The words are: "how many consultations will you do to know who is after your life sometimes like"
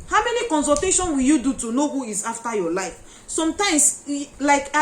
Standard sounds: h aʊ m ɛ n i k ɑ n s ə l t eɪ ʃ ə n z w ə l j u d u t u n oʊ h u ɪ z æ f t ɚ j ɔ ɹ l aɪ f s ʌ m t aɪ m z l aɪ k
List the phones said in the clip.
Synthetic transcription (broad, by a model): h aʊ m ɛ n i k ɑ n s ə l t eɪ ʃ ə n w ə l j u d u t u n oʊ h u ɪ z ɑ f t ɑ j ɔ l aɪ f s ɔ m t aɪ m s l aɪ k